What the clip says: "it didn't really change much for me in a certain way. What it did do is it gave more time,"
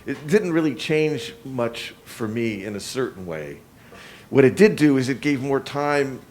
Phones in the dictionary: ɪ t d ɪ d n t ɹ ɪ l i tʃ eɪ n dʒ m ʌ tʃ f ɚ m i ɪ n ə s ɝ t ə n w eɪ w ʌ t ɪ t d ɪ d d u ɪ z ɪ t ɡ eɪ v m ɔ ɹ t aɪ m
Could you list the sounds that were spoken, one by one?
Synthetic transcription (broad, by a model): ɪ t d ɪ d n t ɹ ɪ l i tʃ eɪ n dʒ m ʌ tʃ f ɚ m i ɪ n ə s ɝ t n w eɪ w ʌ t ɪ t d ɪ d d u ɪ z ɪ t ɡ eɪ v m ɔ ɹ t aɪ m